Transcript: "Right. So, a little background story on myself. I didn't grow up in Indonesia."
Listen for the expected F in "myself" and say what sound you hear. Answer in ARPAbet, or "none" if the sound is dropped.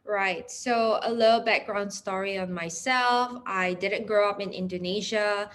F